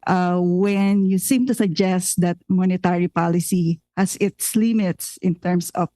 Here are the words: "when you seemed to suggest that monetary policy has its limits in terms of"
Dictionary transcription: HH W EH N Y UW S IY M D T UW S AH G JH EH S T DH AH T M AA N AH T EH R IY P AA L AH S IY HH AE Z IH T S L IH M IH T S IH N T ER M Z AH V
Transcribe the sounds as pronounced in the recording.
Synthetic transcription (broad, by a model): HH W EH N Y UW S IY M T UW S AH G JH EH S T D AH T M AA N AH T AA R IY P AA L AH S IY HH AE S IH T S L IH M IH T S IH N T ER M S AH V